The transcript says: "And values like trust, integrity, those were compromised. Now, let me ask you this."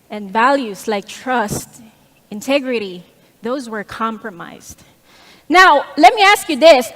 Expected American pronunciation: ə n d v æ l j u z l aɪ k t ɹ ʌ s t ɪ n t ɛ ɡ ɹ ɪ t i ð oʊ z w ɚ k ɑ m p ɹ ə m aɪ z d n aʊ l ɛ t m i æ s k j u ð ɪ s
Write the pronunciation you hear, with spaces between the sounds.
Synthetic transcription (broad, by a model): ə n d v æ l j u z l aɪ k t ɹ ʌ s t ɪ n t ɛ ɡ ɹ ɪ t i ð oʊ z w ɚ k ɑ m p ɹ ə m aɪ z d n aʊ l ɛ t m i æ s k j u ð ɪ s